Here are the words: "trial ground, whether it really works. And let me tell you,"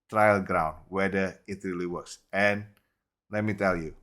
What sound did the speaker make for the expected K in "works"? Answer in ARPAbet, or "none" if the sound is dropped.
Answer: none